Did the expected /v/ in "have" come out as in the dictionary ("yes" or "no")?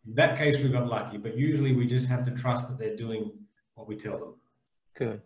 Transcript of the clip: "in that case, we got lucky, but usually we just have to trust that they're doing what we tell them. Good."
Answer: no